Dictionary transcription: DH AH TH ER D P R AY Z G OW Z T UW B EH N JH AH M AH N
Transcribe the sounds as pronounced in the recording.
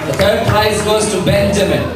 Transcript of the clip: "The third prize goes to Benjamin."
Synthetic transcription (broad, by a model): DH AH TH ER D P L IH S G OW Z T UW B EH N JH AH M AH N